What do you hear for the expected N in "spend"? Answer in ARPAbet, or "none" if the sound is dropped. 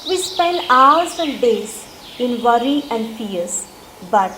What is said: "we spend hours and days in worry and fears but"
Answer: L